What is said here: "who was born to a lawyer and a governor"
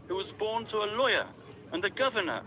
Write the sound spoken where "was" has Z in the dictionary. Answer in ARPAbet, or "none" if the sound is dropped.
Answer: Z